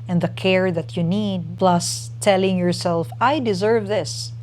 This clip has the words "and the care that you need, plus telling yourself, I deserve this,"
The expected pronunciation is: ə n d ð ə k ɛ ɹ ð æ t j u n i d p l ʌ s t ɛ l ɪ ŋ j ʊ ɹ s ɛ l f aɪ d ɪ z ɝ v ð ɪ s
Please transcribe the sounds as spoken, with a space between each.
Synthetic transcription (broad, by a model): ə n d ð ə k ɛ ɹ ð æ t j u n i d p l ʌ s t ɛ l ɪ ŋ j ʊ ɹ s ɛ l f aɪ d ɪ z ɝ v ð ɪ s